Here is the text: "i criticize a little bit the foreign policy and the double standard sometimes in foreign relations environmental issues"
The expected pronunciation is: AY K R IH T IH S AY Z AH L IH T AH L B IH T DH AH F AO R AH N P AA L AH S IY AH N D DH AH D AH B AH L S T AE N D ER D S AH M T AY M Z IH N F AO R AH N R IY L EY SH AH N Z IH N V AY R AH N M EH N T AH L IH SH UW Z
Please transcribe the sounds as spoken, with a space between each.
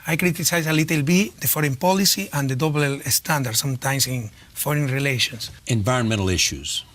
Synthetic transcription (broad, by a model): AY K R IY T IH S AY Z AH L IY T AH L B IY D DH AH F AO R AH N P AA L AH S IY AH N D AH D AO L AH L S T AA N D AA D S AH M T AY M S IH N F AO R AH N R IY L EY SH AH N S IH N V AY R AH N M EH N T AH L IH SH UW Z